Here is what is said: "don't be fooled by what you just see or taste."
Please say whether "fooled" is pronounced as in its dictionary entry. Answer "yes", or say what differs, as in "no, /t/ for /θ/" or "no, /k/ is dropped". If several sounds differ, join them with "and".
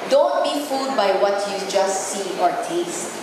no, /l/ is dropped